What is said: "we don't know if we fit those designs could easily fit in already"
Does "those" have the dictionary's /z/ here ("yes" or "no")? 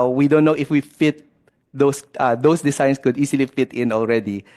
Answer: no